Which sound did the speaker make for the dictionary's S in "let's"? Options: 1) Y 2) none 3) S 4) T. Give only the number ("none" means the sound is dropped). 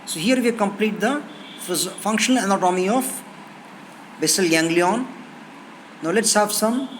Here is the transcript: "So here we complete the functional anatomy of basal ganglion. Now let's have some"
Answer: 3